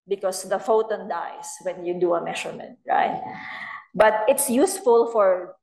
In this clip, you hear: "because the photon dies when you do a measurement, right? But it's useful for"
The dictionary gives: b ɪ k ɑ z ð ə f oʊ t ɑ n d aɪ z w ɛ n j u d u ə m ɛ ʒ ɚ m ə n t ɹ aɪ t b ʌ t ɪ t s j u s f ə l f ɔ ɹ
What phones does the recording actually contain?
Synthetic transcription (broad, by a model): b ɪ k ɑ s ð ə f oʊ t ɑ n d aɪ s w ɛ n j u d u ə m ɛ ʃ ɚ m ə n t ɹ aɪ t b ʌ t ɪ t s j u s f ə l f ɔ ɹ